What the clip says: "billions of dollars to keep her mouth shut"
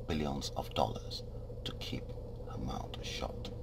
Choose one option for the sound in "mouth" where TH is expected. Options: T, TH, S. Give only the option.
T